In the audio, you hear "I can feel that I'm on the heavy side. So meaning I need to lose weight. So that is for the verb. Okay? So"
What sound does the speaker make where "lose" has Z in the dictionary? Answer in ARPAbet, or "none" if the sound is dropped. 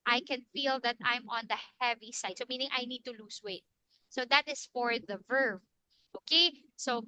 S